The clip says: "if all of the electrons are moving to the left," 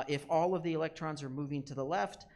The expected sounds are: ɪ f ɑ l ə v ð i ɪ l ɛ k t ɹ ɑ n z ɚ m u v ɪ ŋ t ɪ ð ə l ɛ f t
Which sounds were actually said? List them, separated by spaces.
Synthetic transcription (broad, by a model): ɪ f ɑ l ə v ð i ɪ l ɛ k t ɹ ɑ n z ɚ m u v ɪ ŋ t ɪ ð ə l ɛ f t